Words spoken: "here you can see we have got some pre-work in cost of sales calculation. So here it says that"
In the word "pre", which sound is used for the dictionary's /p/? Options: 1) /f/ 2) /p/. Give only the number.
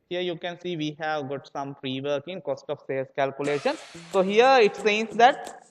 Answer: 1